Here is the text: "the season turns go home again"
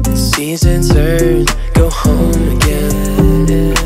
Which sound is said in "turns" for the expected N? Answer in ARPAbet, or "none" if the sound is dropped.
none